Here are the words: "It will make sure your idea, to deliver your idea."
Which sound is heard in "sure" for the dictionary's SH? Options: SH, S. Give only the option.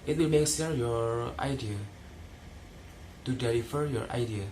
S